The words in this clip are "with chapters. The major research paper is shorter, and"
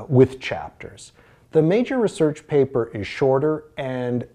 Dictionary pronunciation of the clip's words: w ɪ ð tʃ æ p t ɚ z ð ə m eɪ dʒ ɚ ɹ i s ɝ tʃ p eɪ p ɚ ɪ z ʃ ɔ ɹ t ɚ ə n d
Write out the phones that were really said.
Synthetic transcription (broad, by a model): w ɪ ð tʃ æ p t ɚ z ð ə m eɪ dʒ ɚ ɹ i s ɝ tʃ p eɪ p ɚ ɪ z ʃ ɔ ɹ t ɚ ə n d